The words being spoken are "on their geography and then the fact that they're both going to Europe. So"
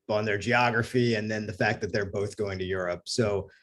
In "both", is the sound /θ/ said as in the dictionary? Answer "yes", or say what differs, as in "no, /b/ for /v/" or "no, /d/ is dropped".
yes